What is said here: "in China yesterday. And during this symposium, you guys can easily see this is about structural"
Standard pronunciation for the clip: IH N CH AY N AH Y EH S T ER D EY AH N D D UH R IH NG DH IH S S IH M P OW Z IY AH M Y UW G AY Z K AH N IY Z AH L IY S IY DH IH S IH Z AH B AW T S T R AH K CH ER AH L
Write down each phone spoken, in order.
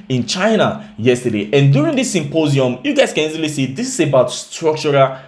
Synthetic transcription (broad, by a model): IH N CH AY N AH Y EH S T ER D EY AH N D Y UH R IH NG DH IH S S IH M P OW Z IY AH M Y UW G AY S K AH N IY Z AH L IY S IY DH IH S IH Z AH B AW T S T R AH K CH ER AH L